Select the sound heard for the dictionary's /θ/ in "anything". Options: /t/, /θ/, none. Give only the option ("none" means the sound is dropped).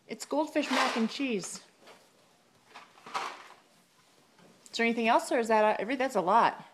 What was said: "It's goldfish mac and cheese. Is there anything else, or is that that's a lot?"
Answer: /θ/